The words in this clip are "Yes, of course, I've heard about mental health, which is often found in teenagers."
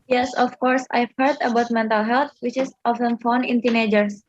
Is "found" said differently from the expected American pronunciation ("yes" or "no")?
yes